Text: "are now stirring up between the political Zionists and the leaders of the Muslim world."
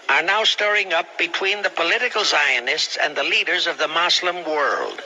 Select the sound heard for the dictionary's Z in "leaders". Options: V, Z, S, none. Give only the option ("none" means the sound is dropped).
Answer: Z